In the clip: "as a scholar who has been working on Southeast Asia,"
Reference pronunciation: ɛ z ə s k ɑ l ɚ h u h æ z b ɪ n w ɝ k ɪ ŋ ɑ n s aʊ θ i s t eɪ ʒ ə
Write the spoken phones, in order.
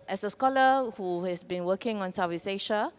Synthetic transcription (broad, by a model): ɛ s ə s k ɑ l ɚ h u h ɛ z b ɪ n w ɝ k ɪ ŋ ɑ n s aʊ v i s eɪ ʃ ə